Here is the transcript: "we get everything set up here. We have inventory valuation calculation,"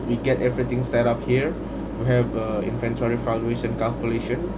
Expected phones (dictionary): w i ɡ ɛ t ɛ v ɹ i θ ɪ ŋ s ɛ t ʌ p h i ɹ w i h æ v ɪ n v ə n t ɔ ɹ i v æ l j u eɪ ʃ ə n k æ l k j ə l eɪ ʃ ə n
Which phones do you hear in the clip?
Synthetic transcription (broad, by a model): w i ɡ ɛ t ɛ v ɹ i t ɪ ŋ s ɛ t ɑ p h i ɹ w i h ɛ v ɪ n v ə n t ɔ ɹ i f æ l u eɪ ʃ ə n k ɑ l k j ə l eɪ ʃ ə n